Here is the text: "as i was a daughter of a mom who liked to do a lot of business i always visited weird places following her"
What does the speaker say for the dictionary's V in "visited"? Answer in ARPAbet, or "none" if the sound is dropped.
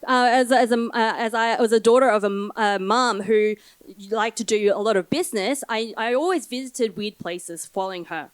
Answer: V